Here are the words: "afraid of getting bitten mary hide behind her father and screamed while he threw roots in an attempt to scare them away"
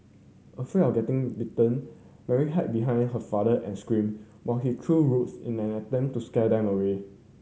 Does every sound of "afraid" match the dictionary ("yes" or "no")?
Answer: no